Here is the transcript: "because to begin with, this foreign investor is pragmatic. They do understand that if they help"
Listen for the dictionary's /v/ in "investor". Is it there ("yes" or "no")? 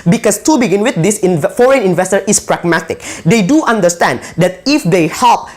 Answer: yes